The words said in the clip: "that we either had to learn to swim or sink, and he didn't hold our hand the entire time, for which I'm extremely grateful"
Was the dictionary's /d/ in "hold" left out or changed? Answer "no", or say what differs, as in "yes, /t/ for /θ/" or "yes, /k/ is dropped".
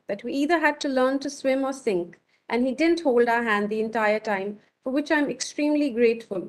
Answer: no